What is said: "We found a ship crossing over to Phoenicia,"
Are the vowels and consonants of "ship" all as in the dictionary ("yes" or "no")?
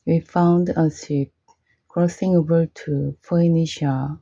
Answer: no